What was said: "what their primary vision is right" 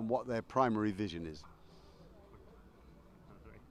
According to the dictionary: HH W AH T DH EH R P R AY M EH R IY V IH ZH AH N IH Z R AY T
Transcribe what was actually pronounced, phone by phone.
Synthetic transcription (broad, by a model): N W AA T DH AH P R AY M EH R IY V IH ZH AH N IH Z